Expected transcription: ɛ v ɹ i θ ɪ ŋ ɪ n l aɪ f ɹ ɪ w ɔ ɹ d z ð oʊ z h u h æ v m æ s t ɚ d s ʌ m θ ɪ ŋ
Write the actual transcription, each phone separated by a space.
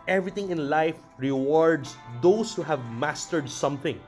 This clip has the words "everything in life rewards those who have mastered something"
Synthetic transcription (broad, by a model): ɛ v ɹ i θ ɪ ŋ ɪ n l aɪ f ɹ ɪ w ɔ ɹ d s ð oʊ s h u h æ v m æ s t ɚ d s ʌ m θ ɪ ŋ